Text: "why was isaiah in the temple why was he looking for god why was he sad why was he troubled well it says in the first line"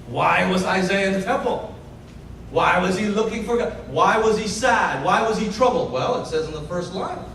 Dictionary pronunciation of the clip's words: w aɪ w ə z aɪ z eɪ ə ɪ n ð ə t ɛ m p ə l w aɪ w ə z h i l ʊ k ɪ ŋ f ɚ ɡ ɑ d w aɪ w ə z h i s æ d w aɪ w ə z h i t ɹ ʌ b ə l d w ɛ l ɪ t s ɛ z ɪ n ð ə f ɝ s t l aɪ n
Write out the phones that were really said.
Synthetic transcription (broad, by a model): w aɪ w ə z aɪ z eɪ ə ɪ n ð ə t ɛ m p l w aɪ w ə z i l ʊ k ɪ ŋ f ɚ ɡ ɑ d w aɪ w ə z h i s æ d w aɪ w ə z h i t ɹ ʌ b l d w ɛ l ɪ t s ɛ z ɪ n ð ə f ɝ s t l aɪ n